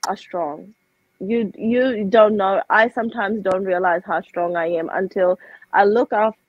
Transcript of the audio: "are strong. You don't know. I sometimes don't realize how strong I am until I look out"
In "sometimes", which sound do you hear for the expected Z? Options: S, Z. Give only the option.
Z